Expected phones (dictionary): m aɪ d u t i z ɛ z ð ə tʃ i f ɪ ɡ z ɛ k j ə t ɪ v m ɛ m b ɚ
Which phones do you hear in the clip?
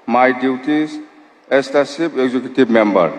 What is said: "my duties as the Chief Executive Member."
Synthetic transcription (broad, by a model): m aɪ d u t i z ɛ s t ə s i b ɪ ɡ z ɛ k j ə t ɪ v m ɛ m b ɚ